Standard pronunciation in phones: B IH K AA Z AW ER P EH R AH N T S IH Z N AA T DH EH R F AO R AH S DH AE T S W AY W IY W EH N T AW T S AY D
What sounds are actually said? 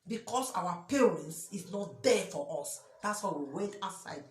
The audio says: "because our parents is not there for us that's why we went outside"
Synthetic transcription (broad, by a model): B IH K AA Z AW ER P EH R AH N T S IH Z N AA T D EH F AO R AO S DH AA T S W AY W IY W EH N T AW S AY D